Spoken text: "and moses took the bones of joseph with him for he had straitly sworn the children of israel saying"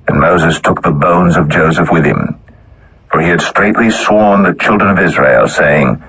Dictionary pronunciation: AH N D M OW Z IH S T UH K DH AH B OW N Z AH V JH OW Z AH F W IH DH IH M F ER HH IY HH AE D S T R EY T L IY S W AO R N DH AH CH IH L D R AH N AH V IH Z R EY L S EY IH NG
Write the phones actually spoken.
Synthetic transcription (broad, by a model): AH N M OW Z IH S T UH K DH AH B OW N Z AH V JH OW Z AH F W IH DH IH M F ER IY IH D S T R EY T L IY S W AO R N DH AH CH IH L D R AH N AH V IH Z R EY L S EY IH NG